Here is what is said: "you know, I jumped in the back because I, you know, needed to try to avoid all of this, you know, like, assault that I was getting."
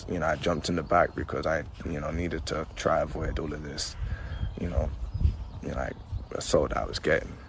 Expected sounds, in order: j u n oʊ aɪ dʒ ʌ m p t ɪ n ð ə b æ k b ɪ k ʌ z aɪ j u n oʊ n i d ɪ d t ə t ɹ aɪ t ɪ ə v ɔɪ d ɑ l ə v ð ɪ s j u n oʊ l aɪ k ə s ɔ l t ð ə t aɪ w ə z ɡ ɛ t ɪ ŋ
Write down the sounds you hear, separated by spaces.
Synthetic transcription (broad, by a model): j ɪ n oʊ aɪ dʒ ʌ m p t ɪ n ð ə b æ k b ɪ k ʌ z aɪ j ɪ n oʊ n i d ɪ d t ə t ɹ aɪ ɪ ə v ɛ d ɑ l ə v ð ɪ s j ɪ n oʊ l aɪ k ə s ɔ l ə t aɪ w ə z ɡ ɛ t ɪ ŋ